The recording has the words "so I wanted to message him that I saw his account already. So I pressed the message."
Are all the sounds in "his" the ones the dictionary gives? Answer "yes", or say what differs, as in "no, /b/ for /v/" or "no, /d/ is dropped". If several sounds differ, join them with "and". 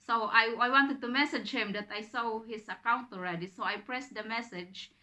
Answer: no, /s/ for /z/